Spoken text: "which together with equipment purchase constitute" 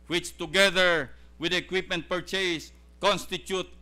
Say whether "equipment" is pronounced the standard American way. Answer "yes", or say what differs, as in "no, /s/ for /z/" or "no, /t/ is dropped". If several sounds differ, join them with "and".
yes